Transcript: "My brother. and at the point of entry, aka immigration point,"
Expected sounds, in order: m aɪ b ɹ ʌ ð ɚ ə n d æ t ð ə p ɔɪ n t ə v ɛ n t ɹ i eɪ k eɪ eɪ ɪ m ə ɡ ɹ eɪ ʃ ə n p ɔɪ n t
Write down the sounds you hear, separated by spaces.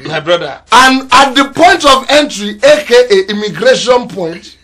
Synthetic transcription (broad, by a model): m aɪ b ɹ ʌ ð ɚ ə n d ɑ t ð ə p ɔɪ n t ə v ɛ n t ɹ i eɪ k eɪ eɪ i m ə ɡ ɹ eɪ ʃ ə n p ɔɪ n t